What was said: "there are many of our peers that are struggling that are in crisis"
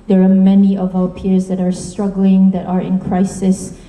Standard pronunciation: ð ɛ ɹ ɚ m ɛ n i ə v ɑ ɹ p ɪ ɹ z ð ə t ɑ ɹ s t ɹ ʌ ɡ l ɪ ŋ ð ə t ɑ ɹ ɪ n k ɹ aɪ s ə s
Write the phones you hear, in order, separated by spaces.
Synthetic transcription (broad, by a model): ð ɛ ɹ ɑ m ɛ n i ə v ɑ w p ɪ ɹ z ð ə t ɑ ɹ s t ɹ ʌ ɡ l ɪ ŋ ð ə t ɑ ɹ ɪ n k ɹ aɪ s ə s